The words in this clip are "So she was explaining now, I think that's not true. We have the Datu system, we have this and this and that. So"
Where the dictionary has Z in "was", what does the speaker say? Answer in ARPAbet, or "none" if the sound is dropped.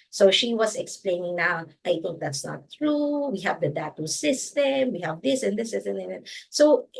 S